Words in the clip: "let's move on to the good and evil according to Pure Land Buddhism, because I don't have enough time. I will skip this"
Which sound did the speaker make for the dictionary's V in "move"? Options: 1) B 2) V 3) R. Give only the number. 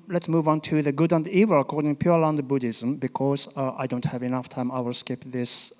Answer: 2